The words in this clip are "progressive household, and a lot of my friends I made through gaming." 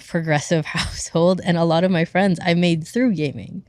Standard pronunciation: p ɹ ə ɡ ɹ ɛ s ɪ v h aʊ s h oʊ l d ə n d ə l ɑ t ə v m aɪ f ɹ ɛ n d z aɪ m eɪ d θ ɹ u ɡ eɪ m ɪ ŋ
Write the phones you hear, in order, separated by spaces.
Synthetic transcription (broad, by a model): p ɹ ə ɡ ɹ ɛ s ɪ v h aʊ s h oʊ l d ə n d ə l ɑ t ə v m aɪ f ɹ ɛ n d z aɪ m eɪ d θ ɹ u ɡ eɪ m ɪ ŋ